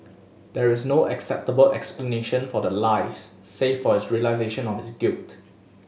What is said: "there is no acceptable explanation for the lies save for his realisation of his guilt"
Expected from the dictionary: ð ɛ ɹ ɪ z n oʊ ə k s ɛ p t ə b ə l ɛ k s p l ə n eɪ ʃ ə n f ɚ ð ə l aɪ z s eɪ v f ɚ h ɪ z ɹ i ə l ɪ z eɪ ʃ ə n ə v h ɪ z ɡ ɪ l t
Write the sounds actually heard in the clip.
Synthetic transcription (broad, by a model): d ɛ ɹ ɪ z n oʊ ə k s ɛ p t ə b ə l ɛ k s p l ə n eɪ ʃ ə n f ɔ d ə l aɪ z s eɪ f f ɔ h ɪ s ɹ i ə l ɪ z eɪ ʃ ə n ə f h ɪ s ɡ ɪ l t